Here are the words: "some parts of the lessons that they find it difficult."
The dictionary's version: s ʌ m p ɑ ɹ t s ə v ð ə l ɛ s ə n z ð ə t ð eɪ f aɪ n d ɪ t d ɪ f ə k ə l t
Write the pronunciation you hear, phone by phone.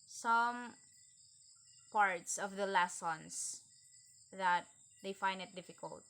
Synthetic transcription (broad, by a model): s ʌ m p ɑ ɹ t s ə v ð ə l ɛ s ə n s ð ə t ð eɪ f aɪ n d ɪ t d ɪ f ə k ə l t